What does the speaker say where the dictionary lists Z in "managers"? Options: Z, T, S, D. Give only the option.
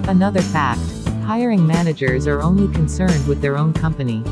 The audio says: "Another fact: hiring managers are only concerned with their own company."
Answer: Z